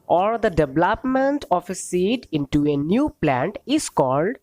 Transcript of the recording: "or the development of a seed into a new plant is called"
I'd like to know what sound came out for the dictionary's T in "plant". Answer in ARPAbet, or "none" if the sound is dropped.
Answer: T